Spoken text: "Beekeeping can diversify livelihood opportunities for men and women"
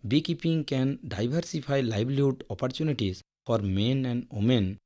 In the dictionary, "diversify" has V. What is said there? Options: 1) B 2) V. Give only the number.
1